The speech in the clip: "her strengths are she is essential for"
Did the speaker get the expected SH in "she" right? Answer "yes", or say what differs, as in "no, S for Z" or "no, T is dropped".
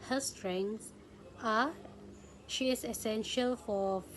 yes